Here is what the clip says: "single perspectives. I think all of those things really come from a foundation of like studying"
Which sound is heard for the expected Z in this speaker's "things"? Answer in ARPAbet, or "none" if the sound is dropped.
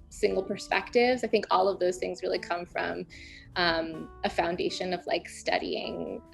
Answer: Z